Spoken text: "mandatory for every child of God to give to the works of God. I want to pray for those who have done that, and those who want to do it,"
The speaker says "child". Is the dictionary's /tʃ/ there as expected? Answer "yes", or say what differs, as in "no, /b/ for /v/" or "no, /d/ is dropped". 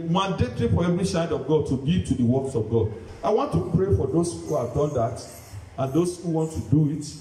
no, /s/ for /tʃ/